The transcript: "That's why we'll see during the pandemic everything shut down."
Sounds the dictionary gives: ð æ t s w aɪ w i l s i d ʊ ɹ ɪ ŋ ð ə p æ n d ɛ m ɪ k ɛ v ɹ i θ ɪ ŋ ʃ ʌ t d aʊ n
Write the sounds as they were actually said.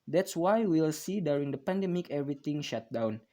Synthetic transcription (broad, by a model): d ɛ t s w aɪ w i l s i d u ɹ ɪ ŋ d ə p æ n d ɛ m ɪ k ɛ v ɹ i t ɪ ŋ ʃ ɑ t d aʊ n